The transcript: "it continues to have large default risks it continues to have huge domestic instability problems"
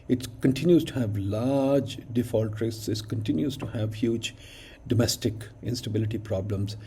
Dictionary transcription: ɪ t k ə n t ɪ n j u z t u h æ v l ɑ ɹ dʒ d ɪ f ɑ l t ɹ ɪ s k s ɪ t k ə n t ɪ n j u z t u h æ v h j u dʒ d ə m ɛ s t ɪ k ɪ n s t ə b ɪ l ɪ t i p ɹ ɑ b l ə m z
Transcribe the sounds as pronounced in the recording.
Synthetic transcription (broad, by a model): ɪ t k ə n t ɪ n j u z t u h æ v l ɑ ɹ dʒ d ɪ f ɑ l t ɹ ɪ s s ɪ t k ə n t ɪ n j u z t u h æ v h j u dʒ d ə m ɛ s t ɪ k ɪ n s t ə b ɪ l ɪ t i p ɹ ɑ b l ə m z